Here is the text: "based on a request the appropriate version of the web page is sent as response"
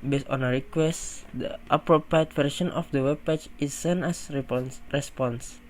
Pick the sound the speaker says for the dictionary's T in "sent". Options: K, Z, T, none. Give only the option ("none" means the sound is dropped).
none